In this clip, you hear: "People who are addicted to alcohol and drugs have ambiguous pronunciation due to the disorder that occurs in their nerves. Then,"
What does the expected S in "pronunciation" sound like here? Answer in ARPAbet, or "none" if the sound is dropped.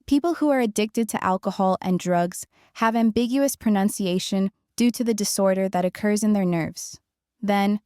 S